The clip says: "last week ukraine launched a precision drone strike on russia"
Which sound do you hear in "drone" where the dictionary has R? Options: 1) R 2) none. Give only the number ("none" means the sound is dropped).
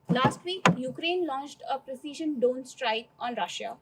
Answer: 2